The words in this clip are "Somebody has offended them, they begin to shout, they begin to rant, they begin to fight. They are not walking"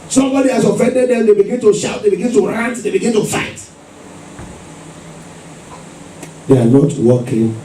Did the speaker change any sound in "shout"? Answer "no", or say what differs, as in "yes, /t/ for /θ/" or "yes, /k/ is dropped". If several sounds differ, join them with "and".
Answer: no